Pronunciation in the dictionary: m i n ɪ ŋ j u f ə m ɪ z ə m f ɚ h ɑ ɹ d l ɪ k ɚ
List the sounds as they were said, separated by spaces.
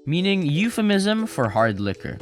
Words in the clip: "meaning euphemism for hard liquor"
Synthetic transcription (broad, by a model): m i n ɪ ŋ j u f ə m ɪ z ə m f ɚ h ɑ ɹ d l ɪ k ɚ